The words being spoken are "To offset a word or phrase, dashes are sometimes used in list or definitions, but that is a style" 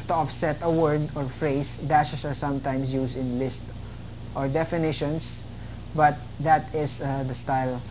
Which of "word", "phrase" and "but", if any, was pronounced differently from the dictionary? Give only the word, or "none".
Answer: phrase